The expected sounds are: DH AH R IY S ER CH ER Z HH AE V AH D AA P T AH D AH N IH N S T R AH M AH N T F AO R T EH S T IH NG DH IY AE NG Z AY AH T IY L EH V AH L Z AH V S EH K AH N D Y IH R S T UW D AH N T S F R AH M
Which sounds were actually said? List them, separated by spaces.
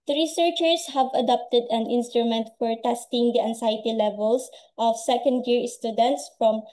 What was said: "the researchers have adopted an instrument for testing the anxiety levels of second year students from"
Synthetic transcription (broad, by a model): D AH R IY S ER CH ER S HH AE V AH D AA P T AH D AH N IH N S T R AH M AH N T F AO R T EH S T IH NG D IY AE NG S AY T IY L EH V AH L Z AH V S EH K AH N D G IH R S T UW D AH N T S F R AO M